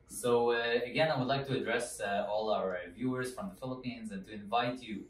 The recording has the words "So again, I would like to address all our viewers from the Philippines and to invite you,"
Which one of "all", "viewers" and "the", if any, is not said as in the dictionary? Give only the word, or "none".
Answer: none